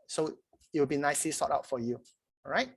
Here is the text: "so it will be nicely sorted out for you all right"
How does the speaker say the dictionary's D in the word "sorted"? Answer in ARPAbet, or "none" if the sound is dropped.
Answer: none